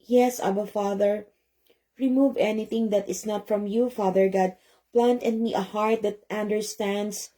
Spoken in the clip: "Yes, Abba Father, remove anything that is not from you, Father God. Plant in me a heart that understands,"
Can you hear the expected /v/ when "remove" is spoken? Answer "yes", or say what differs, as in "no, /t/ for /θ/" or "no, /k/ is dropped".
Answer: yes